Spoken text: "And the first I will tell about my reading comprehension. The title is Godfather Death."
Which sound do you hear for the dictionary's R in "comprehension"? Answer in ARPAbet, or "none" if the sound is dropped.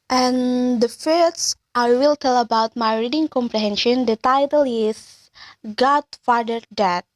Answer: R